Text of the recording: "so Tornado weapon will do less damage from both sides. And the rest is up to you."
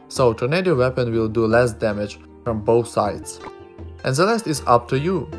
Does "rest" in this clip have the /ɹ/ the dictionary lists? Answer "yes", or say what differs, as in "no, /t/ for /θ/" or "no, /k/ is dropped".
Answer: no, /l/ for /ɹ/